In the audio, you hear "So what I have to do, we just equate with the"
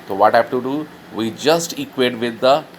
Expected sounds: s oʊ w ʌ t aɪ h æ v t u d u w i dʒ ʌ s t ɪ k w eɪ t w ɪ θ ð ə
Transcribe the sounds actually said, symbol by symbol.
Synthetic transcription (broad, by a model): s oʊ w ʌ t h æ f t u d u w i dʒ ʌ s t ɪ k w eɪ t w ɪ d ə